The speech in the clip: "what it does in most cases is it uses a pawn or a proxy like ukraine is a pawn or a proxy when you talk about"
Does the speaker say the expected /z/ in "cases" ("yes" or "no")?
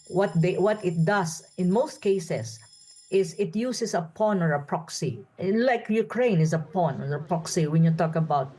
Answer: no